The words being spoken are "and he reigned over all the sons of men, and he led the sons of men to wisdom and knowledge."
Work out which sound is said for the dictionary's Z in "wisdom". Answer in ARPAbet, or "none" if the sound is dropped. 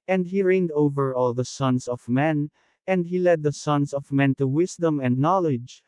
S